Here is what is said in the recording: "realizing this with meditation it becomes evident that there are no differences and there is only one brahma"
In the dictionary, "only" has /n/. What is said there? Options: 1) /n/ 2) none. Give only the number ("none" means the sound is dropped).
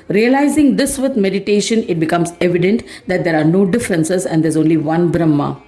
1